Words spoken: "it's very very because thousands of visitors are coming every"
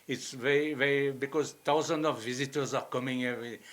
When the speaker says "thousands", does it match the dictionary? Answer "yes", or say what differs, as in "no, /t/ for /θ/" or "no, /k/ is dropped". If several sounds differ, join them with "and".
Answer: no, /t/ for /θ/